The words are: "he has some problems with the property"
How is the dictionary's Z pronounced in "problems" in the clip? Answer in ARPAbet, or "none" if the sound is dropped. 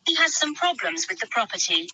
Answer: Z